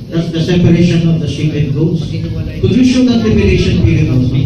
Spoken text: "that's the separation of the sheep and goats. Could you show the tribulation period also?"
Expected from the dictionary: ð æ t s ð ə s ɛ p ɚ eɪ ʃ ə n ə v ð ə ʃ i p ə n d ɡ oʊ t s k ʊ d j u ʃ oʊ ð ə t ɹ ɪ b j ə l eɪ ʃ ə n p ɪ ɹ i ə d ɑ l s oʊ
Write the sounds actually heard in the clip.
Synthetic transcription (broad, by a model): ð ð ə s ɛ p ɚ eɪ ʃ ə n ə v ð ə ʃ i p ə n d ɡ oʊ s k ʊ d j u ʃ oʊ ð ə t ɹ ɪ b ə n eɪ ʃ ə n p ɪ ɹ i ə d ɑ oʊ